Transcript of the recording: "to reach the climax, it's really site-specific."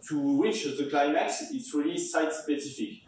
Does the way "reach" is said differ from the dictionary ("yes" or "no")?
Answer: yes